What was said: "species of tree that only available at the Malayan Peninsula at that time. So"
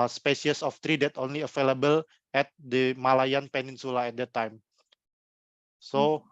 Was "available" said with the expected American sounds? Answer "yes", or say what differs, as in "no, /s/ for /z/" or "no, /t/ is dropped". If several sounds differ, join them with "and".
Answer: no, /f/ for /v/